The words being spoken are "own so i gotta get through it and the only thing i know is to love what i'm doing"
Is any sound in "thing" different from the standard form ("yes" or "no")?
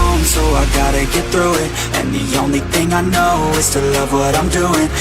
no